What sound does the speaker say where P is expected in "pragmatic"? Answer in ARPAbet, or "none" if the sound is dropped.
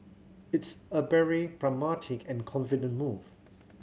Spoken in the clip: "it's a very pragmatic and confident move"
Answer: B